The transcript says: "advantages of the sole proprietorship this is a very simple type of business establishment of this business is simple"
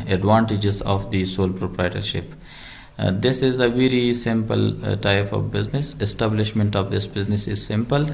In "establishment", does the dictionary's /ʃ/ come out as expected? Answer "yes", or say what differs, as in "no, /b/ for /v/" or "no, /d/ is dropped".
yes